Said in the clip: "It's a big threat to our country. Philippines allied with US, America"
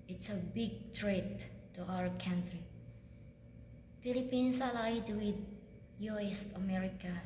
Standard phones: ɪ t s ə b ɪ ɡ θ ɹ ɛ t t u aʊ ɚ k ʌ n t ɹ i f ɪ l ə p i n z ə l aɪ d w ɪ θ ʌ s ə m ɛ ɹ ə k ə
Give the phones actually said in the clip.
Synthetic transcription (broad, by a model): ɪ t s ə b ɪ ɡ t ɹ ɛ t t u aʊ ɚ k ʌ n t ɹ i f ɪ l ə p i n s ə l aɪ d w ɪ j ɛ s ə m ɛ ɹ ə k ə